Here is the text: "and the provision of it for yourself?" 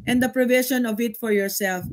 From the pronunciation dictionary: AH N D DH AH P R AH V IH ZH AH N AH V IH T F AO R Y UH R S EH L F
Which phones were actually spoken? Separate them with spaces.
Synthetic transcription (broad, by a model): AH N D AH P R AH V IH SH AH N AH V IH T F AO R Y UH R S EH L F